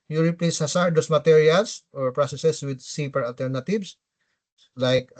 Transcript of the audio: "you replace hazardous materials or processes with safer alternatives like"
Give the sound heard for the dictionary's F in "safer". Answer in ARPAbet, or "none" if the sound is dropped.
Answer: P